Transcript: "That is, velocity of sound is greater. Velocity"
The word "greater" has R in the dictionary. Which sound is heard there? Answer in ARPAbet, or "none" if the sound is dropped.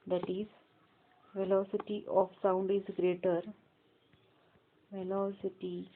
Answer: R